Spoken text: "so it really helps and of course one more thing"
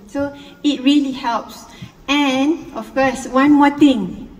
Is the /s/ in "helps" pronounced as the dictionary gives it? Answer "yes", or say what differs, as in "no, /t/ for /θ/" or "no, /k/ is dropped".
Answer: yes